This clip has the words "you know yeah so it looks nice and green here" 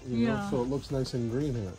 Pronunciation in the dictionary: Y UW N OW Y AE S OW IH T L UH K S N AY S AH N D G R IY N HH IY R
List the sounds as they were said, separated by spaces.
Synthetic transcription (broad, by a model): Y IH N OW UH S OW IH T L UH K S N AY S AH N G R IY N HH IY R